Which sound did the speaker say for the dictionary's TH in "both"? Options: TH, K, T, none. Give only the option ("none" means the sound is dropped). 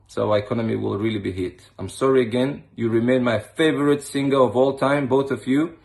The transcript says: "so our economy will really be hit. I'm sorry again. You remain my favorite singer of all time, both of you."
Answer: TH